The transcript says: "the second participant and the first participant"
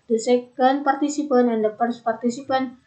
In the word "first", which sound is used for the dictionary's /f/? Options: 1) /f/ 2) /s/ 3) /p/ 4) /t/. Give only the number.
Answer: 3